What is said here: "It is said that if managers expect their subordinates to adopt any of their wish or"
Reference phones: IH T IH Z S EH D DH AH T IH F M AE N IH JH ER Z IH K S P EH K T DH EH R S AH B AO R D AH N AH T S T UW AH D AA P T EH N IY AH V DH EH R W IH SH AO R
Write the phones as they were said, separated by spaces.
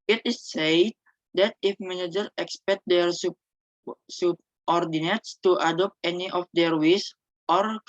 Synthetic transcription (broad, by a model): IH T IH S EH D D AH T IH F M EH N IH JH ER IH K S P EH K T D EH R S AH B AO R D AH N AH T S T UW AH D AA P T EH N IY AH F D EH R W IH S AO R